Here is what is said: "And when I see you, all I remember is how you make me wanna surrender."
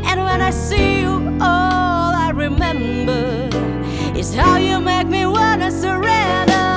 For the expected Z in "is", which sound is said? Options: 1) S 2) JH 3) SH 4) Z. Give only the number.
1